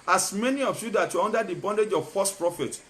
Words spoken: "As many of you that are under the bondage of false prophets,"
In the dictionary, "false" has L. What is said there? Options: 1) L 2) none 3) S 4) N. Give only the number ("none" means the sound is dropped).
2